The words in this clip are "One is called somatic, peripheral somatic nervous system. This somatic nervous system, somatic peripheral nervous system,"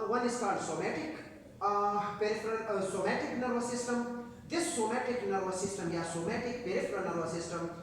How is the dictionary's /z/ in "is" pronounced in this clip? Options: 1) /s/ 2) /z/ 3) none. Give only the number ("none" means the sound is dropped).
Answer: 1